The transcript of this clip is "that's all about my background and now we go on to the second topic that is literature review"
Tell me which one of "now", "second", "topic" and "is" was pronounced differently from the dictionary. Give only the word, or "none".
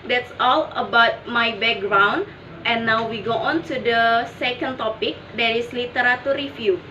is